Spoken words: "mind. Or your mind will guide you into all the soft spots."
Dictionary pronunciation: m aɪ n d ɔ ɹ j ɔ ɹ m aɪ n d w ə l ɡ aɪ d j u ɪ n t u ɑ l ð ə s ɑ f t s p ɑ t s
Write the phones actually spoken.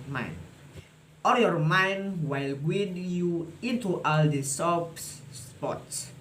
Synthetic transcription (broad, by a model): m aɪ n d ɔ l j ɔ ɹ m aɪ n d w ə l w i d j u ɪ n t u ɑ l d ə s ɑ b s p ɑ t s